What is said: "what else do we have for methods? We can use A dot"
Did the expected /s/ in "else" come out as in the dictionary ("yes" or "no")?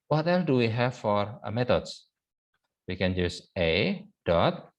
no